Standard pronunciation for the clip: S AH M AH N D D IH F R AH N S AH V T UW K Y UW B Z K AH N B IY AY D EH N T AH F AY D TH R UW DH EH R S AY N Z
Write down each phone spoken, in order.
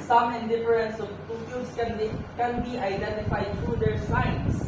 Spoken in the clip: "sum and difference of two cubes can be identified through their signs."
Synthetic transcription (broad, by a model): S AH M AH N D D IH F R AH N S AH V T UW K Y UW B S K AH N B IY AY D EH N T AH F AY D T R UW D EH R S AY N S